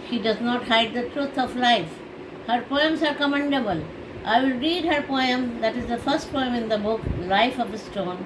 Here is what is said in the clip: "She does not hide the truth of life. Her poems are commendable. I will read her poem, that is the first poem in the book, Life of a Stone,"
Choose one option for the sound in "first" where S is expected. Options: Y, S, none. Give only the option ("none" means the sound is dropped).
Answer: S